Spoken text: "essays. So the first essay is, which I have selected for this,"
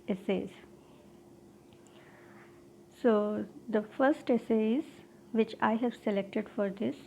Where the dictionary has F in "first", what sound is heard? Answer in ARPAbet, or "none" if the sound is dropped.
F